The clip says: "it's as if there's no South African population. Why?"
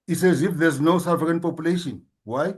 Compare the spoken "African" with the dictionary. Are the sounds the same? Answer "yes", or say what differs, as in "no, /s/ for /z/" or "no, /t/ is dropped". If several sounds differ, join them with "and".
no, /f/ is dropped